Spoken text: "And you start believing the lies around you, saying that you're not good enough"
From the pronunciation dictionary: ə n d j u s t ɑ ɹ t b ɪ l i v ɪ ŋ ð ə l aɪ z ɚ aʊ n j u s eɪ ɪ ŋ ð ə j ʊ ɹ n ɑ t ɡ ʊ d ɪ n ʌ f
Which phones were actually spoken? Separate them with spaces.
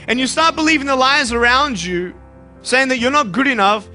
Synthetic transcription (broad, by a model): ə n j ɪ s t ɑ ɹ t b ɪ l i v ɪ ŋ ð ə l aɪ z ɚ aʊ n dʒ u s eɪ ɪ ŋ ð ə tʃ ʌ ɹ n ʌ t ɡ ʊ d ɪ n ʌ f